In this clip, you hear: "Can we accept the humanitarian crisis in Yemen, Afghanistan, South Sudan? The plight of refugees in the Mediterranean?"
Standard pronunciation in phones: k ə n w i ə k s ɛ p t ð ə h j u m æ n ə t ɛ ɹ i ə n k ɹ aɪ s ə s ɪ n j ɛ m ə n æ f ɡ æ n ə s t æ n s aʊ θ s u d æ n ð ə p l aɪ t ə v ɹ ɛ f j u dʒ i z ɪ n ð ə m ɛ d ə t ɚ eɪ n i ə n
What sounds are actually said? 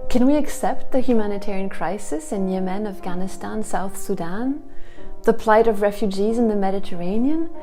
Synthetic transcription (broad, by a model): k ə n w i ə k s ɛ p t ð ə h j u m æ n ə t ɛ ɹ i ə n k ɹ aɪ s ə s ɪ n j ɛ m ə n æ f ɡ æ n ə s t æ n s aʊ θ s u d æ n ð ə p l aɪ t ə v ɹ ɛ f j u dʒ i z ɪ n ð ə m ɛ d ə t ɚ eɪ n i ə n